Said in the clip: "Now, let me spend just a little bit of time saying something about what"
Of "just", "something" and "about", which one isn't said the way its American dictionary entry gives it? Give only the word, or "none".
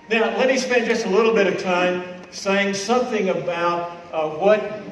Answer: none